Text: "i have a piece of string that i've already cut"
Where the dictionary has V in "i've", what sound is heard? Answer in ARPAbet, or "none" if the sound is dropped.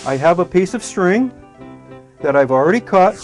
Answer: V